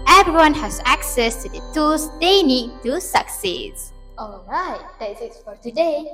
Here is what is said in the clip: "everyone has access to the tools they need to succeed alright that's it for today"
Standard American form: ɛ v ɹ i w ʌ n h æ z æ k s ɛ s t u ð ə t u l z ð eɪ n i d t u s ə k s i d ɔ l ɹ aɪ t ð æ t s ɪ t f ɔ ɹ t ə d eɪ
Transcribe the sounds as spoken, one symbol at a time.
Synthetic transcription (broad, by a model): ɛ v ɹ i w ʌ n h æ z æ k s ɛ s t u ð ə t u l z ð eɪ n i d t u s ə k s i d ɔ l ɹ aɪ t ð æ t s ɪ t f ɔ ɹ t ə d eɪ